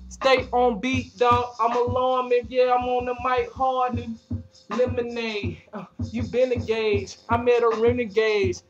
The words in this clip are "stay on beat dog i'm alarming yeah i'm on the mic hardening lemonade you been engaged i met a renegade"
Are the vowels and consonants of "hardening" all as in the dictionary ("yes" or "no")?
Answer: no